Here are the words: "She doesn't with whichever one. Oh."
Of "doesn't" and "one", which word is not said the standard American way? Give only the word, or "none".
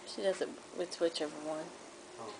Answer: none